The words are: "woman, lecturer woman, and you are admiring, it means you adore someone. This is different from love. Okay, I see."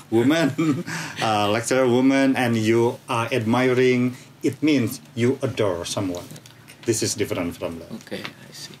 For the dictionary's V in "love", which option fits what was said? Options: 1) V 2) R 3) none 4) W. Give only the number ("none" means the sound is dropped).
3